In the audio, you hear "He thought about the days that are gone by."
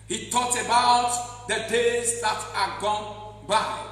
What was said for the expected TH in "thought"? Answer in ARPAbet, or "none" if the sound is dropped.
T